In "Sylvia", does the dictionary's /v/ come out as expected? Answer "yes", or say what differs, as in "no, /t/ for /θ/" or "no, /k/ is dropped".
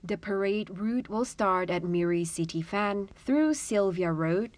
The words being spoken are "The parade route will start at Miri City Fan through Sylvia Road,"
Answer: yes